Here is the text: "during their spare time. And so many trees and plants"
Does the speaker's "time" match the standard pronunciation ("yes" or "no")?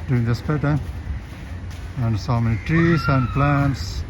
no